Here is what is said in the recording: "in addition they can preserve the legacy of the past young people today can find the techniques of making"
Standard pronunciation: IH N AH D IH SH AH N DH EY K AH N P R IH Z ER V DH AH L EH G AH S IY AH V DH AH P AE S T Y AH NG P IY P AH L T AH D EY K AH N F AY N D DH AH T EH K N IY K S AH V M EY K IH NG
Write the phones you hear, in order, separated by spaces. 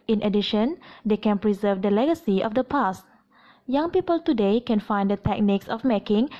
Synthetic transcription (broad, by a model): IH N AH D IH SH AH N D EY K AH N P R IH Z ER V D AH L EH G AH S IY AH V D AH P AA S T Y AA NG P IY P AH L T AH D EY K AH N F AY N D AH T EH K N IY K S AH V M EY K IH NG